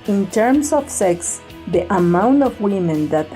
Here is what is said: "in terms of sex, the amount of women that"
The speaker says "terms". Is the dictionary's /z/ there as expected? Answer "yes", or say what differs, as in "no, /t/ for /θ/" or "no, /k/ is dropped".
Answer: no, /s/ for /z/